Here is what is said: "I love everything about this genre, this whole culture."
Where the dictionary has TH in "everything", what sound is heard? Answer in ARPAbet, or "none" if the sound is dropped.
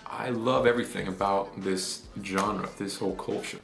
TH